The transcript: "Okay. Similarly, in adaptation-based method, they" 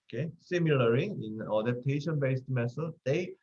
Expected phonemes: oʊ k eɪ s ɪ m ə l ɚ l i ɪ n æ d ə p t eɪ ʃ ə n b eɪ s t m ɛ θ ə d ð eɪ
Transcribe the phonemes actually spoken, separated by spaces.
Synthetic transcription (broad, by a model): k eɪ s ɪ m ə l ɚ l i ɪ n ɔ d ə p t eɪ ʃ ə n b eɪ s t m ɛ s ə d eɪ